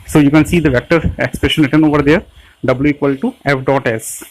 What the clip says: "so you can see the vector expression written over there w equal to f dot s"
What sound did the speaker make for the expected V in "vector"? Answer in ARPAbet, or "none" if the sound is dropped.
V